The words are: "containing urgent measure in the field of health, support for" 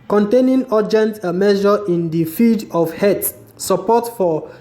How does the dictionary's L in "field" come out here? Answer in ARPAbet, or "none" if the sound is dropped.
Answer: none